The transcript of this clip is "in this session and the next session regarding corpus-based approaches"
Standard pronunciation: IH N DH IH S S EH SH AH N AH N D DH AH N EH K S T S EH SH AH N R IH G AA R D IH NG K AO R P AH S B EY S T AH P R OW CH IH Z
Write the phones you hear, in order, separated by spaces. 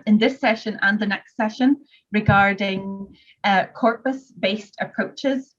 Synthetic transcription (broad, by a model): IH N DH IH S S EH SH AH N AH N DH AH N EH K S T S EH SH AH N R IH G AA R D IH NG K AO R P AH S B EY S T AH P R OW CH IH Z